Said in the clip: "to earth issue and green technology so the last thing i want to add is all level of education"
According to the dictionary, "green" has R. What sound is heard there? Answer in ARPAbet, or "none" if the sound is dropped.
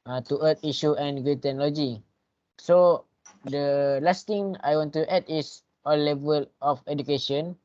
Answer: none